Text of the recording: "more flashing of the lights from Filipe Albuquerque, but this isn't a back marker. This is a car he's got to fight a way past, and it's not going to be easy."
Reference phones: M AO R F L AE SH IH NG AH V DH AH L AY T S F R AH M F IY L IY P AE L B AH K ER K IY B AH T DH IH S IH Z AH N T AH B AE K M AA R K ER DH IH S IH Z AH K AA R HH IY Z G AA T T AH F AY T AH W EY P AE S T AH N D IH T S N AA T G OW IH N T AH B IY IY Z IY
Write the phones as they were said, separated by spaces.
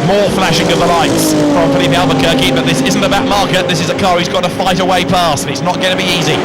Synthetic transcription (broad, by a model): M AO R F L AE SH IH NG AH V DH AH L AY T S P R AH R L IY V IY AE L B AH K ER K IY B AH T DH IH S IH Z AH N T AH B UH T M AA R K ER DH IH S IH Z AH K AA R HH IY Z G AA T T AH F AY T AH W EY P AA S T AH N IH T S N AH T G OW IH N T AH B IY IY Z IY